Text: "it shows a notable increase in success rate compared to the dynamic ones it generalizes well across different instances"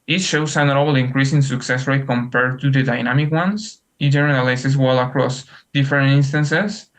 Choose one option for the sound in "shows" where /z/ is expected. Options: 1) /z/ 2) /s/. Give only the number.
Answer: 2